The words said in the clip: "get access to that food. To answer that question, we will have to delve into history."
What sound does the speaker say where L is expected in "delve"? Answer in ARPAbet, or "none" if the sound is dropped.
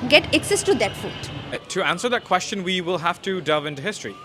none